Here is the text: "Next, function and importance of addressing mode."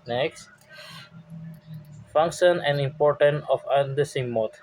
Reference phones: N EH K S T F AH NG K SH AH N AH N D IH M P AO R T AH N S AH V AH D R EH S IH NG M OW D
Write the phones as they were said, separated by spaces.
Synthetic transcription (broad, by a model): N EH K S T F AH NG K SH AH N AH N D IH M P AO R T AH N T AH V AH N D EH S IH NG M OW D